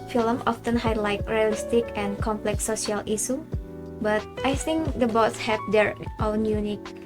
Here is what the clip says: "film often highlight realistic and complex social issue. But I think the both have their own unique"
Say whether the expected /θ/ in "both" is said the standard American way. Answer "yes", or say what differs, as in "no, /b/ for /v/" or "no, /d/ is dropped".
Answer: no, /s/ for /θ/